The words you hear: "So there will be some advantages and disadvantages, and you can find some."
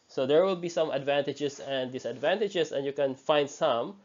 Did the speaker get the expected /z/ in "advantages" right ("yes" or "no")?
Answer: no